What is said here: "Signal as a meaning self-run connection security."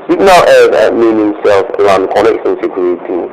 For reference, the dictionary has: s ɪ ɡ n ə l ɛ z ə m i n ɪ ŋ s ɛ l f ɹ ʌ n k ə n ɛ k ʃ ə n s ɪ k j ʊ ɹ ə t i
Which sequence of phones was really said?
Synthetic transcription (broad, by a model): s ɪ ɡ n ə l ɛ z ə m i n ɪ ŋ s ɛ l f l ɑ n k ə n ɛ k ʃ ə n s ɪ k j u ɹ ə t i